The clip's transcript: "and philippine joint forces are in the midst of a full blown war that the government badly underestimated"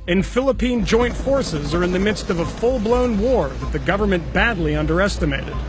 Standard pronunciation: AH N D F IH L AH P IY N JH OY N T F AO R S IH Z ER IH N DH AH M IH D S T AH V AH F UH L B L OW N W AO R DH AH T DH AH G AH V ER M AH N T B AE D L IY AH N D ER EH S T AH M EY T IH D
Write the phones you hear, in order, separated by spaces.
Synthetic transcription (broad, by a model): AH N F IH L AH P IY N JH OY N T F AO R S IH Z ER IH N DH AH M IH D S T AH V AH F UH L B L OW N W AO R DH AH T DH AH G AH V ER M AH N B AE D L IY AH N D ER EH S T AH M EY T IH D